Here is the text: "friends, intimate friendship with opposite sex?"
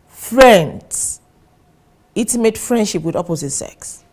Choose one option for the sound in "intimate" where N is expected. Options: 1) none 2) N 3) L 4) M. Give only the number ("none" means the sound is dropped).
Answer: 1